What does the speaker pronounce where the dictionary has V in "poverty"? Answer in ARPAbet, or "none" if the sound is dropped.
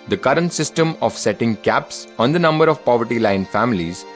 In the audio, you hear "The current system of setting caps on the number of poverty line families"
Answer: V